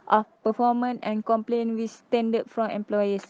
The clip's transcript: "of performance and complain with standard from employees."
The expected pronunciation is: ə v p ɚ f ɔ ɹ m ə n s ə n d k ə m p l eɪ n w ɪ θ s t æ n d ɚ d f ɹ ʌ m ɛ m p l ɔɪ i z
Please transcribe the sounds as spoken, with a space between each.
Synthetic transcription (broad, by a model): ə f p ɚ f ɔ m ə n ə n k ə m p l eɪ n w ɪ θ s t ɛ n d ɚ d f ɹ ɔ m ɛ m p l ɔɪ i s